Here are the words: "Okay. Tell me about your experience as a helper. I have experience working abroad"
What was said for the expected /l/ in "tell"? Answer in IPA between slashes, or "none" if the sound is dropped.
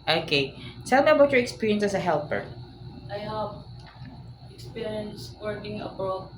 /l/